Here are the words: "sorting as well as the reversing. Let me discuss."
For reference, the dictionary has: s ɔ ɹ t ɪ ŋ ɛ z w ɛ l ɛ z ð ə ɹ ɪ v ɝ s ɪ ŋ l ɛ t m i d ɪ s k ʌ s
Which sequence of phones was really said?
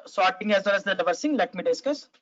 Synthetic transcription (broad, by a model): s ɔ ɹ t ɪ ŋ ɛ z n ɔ n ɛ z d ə l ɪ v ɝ s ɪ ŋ l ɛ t m i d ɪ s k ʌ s